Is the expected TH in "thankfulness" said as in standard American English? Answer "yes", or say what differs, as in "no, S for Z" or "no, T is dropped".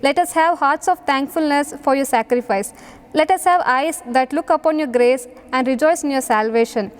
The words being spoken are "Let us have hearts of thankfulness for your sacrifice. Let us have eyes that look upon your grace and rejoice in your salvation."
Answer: no, T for TH